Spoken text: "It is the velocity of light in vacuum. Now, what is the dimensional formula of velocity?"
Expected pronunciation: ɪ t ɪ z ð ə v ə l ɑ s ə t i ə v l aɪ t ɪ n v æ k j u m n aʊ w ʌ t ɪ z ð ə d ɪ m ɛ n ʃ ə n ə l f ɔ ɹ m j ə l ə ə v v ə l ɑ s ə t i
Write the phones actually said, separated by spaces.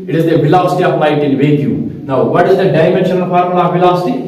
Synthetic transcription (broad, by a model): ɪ t ɪ z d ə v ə l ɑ s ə t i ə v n aɪ t ɪ n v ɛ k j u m n aʊ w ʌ t ɪ z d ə d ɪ m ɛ n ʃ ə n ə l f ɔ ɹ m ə n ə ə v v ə l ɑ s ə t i